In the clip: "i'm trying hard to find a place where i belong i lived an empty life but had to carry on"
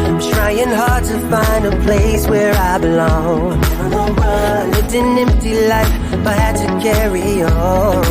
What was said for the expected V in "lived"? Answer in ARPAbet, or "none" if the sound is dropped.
none